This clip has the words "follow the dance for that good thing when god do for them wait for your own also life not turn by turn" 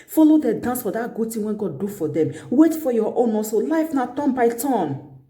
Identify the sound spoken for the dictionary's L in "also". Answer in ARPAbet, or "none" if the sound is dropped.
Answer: none